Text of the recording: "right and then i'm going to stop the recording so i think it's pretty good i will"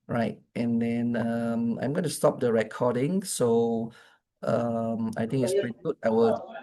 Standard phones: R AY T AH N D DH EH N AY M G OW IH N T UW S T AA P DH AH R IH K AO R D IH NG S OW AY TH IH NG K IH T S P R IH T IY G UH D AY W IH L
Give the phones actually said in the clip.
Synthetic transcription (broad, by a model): R AY T AH N D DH EH N AY M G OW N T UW S T AA P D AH R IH K AO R D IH NG S OW AY T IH NG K IH T S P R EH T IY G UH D AY W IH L